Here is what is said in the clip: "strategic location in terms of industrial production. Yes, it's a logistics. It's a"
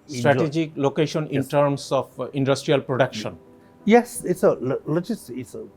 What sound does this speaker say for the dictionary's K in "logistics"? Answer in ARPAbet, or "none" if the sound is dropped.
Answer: none